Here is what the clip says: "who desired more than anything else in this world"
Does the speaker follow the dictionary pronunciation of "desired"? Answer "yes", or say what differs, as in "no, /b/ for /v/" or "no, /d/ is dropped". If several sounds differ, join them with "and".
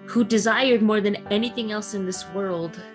yes